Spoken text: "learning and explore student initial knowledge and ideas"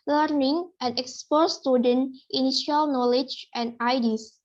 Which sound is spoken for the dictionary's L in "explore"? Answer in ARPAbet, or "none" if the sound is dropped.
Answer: none